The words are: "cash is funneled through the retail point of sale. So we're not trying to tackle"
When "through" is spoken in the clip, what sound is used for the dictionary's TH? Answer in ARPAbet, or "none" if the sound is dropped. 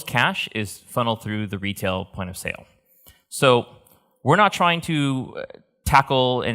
TH